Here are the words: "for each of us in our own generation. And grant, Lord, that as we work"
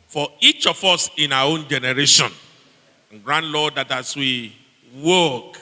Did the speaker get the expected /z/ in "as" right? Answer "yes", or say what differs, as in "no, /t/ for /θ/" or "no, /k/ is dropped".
no, /s/ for /z/